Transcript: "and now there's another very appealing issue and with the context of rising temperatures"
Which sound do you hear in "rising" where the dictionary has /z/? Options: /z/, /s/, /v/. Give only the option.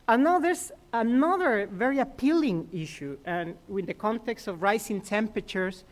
/s/